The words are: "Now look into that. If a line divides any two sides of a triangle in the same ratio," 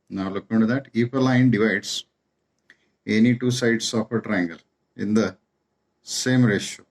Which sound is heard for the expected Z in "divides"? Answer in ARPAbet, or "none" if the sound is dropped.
S